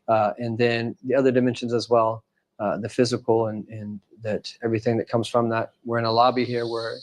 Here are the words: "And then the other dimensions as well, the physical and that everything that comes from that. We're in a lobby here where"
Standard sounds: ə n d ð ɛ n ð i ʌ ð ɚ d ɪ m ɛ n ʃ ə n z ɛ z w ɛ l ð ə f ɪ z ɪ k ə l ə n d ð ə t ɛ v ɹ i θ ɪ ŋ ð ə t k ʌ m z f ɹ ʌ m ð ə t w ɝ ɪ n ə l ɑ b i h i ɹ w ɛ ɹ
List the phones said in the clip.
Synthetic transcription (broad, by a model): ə n ð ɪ n ð i ʌ ð ɚ d ɪ m ɛ n ʃ ə n z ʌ z w ɛ l ð ə f ɪ z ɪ k l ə n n ð ə t ɛ v ɹ i θ ɪ ŋ ð ə t k ʌ m z f ɹ ʌ m ð ə t w ɝ ɪ n ə l ɑ b i h i ɹ w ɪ ɹ